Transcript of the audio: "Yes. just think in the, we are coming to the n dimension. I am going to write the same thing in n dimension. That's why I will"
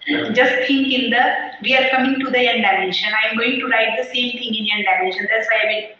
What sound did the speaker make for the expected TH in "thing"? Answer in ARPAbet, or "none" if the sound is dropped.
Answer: T